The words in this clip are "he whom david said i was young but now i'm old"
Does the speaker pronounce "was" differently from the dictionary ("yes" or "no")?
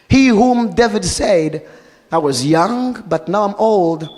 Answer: no